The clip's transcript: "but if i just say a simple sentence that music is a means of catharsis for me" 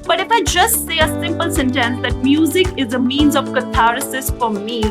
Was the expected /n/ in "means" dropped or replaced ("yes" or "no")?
no